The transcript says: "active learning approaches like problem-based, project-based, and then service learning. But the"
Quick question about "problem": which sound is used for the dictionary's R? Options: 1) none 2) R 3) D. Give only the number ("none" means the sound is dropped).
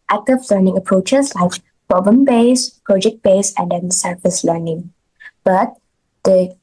1